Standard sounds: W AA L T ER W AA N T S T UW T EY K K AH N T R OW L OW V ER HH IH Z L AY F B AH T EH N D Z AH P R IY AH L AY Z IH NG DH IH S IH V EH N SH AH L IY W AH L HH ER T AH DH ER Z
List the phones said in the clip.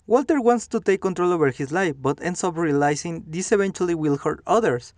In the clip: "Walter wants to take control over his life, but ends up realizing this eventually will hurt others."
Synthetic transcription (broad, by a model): W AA L T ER W AA N T S T UW T EY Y K AH N T R OW L OW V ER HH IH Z L AY F B AH T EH N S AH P R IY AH L AY S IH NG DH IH S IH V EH N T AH L IY W AH L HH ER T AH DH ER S